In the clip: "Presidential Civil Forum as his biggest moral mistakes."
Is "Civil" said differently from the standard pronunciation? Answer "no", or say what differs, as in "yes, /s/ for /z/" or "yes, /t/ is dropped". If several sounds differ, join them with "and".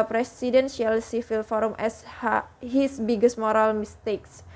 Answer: yes, /f/ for /v/